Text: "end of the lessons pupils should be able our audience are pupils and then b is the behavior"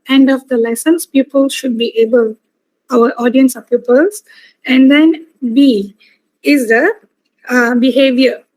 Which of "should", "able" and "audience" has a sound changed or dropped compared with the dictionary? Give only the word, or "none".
none